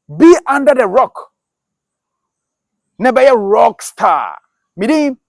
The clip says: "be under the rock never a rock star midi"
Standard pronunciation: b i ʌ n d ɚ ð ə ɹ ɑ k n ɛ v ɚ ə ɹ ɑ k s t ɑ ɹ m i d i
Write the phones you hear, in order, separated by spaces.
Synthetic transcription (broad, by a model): b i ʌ n d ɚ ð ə ɹ ɑ k n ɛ b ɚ ə ɹ ɑ k s t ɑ m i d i